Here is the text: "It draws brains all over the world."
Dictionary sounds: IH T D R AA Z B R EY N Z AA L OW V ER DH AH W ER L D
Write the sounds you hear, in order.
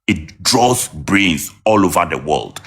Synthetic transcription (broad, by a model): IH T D R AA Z B R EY Z AA L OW V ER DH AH W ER L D